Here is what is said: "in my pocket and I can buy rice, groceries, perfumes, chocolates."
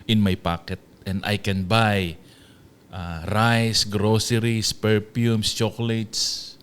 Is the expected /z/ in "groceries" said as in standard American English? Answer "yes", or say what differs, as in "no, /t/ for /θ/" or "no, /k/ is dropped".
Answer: no, /s/ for /z/